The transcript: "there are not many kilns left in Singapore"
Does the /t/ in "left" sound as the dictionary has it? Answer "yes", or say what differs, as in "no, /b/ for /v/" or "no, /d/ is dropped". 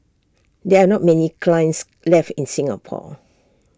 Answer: yes